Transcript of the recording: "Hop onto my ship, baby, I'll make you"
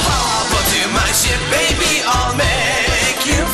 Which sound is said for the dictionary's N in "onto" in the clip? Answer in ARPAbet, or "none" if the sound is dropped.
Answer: none